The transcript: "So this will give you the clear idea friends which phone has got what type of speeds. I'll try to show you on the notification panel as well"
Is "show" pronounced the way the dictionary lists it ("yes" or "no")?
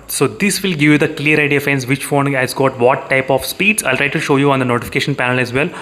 yes